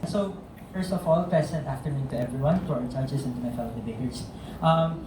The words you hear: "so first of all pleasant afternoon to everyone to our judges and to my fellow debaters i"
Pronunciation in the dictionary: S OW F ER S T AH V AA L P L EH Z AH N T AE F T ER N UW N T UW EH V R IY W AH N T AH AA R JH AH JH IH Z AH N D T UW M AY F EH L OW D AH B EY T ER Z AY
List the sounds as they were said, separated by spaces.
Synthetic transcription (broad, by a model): S OW F ER S T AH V AA L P EH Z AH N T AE F T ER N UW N T UW EH V R IY W AH N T AA R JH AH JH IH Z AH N T UW M AY F EH L OW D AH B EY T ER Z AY